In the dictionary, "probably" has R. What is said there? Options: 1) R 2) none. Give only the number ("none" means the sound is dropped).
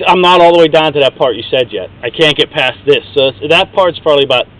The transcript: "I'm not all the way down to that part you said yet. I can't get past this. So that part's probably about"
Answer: 2